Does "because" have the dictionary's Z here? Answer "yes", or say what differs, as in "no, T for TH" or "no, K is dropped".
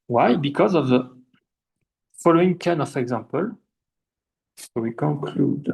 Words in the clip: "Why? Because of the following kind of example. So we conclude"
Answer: yes